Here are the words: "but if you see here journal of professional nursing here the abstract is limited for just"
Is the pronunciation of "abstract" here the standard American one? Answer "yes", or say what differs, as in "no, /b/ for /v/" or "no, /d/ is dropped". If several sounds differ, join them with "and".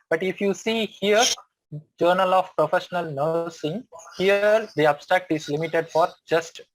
yes